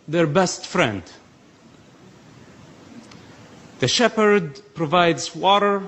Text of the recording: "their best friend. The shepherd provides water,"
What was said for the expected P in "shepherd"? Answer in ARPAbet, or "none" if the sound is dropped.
P